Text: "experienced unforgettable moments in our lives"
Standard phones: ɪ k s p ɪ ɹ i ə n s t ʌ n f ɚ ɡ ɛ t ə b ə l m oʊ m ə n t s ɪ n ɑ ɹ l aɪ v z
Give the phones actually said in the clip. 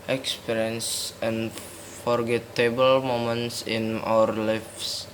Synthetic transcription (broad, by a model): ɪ k s p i ɹ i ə n s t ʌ n f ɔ ɡ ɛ t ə b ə l m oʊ m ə n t s ɪ n ɑ ɹ l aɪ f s